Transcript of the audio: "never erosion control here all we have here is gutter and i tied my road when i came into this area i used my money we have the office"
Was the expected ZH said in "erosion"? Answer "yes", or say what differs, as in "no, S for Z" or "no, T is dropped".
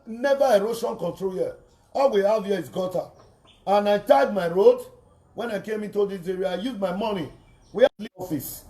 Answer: no, SH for ZH